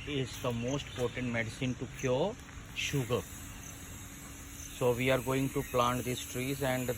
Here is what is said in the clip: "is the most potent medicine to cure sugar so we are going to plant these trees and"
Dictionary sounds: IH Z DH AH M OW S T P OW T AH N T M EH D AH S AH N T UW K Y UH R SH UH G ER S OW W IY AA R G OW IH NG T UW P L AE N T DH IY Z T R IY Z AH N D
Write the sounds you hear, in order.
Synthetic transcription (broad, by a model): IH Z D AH M OW S T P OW T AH N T M EH D AH S AH N T UW K Y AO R SH UH G ER S OW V IY AA R G OW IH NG T UW P L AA N T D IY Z T R IY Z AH N D